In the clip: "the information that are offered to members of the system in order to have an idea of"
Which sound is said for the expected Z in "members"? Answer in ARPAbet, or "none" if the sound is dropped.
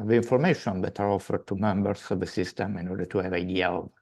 S